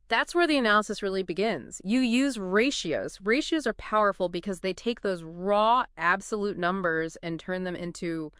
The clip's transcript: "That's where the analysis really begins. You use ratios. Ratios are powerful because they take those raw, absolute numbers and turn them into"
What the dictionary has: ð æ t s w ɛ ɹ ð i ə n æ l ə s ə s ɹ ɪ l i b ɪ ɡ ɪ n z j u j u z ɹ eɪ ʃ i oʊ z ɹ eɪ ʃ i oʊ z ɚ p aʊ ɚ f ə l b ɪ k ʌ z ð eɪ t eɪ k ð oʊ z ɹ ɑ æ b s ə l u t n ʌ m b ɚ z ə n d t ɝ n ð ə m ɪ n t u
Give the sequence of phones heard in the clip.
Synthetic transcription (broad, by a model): ð æ t s w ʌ ɹ ð i ə n æ l ə s ə s ɹ ɪ l i b ɪ ɡ ɪ n z j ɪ j u z ɹ eɪ ʃ i oʊ z ɹ eɪ ʃ i oʊ z ɚ p aʊ ɚ f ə l b ɪ k ʌ z ð eɪ t eɪ k ð oʊ z ɹ ɑ æ b s ə l u t n ʌ m b ɚ z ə n t ɝ n ð ə m ɪ n t u